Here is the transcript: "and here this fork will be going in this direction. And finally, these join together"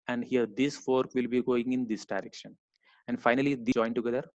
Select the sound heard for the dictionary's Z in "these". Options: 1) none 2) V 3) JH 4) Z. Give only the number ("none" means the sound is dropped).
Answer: 1